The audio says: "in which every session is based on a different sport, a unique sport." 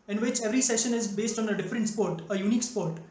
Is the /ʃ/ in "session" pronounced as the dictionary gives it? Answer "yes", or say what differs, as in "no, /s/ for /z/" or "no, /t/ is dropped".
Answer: yes